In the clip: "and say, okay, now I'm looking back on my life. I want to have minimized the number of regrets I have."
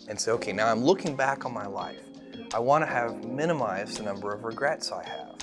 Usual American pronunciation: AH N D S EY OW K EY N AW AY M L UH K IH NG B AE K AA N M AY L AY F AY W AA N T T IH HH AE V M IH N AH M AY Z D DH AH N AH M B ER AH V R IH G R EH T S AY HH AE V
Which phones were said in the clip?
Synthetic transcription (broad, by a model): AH N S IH OW K EY N AW AY M L UH K IH NG B AE K N M AY L AY F AY W AA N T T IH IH V M IH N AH M AY Z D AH N AH M B ER AH V R IH G R EH T S AY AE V